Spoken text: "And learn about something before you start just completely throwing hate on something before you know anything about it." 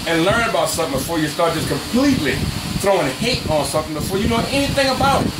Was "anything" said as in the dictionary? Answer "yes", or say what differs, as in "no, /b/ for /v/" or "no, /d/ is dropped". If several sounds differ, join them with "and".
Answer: yes